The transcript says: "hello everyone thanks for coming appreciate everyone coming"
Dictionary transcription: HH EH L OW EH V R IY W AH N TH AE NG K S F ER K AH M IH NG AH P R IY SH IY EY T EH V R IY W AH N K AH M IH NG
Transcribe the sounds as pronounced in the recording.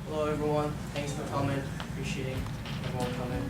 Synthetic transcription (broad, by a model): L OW EH V R IY W AH N TH AE NG K S F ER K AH M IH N AH P R IY SH IY EY T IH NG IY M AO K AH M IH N